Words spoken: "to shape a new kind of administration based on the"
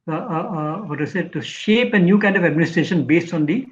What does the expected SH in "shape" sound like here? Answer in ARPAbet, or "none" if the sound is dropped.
SH